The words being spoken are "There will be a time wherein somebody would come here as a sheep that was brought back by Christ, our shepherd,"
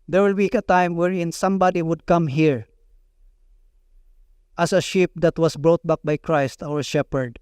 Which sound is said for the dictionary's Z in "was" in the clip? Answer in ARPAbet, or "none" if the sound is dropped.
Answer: S